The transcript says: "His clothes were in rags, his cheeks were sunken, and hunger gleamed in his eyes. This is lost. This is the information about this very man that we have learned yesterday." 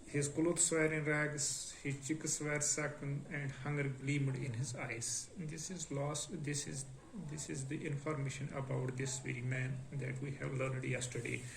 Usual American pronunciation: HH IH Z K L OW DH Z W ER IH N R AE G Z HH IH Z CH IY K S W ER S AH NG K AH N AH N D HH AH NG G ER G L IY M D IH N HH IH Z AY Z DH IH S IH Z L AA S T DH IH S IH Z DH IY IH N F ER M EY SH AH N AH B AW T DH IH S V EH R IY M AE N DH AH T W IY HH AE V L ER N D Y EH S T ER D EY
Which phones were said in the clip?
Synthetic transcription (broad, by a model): HH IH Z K L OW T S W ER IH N R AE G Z HH IH Z CH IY K S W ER S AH K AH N AH N D HH AH NG G ER G L IY M D IH N HH IH Z AY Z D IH S IH Z L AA S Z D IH S IH Z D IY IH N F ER M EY SH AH N AH B AW T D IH S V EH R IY M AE N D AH T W IY HH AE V L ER N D Y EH S T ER D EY